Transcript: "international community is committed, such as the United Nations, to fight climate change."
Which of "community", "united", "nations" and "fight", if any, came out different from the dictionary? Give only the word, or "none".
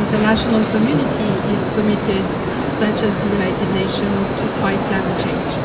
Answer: nations